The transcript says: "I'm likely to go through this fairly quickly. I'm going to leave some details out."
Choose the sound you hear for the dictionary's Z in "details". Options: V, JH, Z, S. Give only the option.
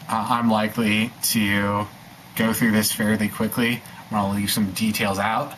Z